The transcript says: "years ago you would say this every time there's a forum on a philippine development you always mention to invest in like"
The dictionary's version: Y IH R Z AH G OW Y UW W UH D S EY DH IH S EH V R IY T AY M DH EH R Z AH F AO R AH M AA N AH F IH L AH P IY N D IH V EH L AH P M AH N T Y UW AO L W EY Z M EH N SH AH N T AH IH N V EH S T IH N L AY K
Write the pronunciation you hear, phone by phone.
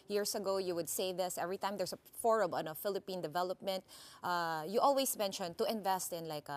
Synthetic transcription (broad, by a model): Y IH R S AH G OW Y UW W UH D S EY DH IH S EH V R IY T AY M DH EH R S AH F AO R AH M AA N AH F IH L AH P IY N D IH V EH L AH P M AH N T Y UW AO L W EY S M EH N SH AH N T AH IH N V EH S T IH N L AY K